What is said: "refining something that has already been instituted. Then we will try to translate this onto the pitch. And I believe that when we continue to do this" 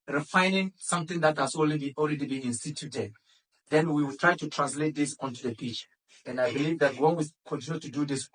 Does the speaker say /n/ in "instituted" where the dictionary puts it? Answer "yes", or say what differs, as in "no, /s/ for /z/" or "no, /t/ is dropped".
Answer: yes